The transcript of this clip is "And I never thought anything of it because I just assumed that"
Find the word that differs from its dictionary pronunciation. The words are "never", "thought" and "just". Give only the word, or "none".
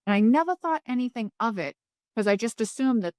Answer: none